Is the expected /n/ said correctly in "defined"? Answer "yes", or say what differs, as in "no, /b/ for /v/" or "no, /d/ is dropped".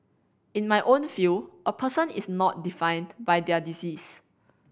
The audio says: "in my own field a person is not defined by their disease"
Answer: yes